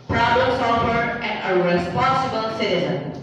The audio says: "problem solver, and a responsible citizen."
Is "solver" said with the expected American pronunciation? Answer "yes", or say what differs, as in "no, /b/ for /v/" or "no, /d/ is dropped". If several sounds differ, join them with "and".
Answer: no, /v/ is dropped